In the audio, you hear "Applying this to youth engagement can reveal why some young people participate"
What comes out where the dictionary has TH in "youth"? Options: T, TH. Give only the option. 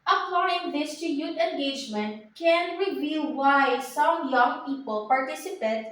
T